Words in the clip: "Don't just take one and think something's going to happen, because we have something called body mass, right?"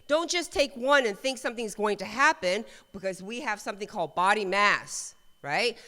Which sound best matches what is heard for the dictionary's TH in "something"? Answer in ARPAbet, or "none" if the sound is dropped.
TH